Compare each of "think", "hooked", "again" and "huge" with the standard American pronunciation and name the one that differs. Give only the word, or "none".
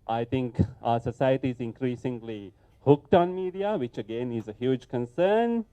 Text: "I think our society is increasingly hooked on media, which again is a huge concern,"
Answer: think